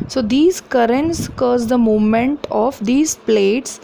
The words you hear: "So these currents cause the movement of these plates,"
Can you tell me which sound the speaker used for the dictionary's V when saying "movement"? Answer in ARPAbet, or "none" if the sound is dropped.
none